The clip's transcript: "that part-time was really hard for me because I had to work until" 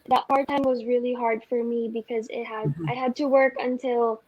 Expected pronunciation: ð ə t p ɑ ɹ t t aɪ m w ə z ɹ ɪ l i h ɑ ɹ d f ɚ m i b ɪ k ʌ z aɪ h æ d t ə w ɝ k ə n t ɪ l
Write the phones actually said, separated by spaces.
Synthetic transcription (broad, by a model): ð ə t p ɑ ɹ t t aɪ m w ə z ɹ ɪ l i h ɑ ɹ d f ɚ m i b ɪ k ʌ z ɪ h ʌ d t ə w ɝ k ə n t ɪ l